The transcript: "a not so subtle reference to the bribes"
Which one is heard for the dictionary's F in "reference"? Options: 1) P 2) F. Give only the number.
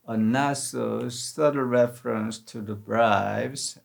2